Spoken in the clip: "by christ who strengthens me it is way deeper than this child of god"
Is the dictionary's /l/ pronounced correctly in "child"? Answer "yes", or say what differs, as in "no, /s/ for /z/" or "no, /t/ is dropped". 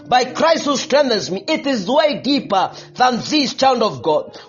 no, /n/ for /l/